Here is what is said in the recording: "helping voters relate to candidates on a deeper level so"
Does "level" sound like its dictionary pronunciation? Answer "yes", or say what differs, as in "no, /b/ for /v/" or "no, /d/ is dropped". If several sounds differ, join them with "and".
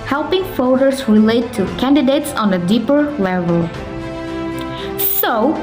yes